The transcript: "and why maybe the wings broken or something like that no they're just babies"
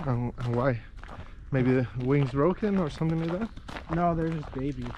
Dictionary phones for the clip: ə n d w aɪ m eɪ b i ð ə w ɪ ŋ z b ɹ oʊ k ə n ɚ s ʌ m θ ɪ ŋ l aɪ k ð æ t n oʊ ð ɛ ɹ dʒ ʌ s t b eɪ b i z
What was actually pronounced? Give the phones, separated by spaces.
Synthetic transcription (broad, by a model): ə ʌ w aɪ m eɪ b i ð ə w ɪ ŋ z b ɹ oʊ k ə n ɚ s ʌ m θ ɪ ŋ l aɪ k ð æ t n oʊ ð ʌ ɹ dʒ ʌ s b eɪ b i